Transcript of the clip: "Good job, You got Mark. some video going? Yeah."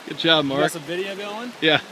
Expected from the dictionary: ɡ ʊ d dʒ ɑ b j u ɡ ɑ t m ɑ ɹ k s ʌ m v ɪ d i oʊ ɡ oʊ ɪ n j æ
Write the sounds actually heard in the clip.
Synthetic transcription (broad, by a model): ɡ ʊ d tʃ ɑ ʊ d m ɑ ɹ k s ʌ v ɪ d i oʊ ɡ oʊ ɪ n j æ